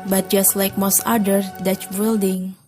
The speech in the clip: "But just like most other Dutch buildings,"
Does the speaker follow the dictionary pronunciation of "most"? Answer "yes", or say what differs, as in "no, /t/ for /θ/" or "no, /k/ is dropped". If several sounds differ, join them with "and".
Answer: yes